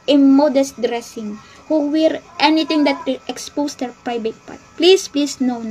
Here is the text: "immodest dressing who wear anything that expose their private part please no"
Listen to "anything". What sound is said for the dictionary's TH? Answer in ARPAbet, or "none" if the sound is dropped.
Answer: T